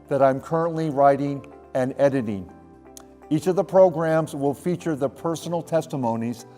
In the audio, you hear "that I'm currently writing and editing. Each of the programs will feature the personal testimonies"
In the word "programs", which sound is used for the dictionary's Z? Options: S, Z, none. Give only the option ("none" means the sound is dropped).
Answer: Z